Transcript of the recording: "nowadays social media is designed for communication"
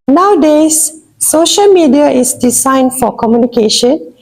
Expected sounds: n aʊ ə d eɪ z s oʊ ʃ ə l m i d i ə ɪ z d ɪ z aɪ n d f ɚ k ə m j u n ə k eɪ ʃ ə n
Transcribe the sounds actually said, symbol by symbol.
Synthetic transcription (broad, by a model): n aʊ d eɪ s oʊ ʃ ə l m i d i ə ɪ s d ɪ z aɪ n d f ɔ k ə m j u n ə k eɪ ʃ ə n